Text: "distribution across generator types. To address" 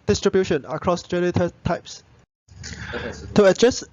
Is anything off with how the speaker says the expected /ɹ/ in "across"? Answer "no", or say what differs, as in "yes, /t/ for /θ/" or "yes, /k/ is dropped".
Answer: no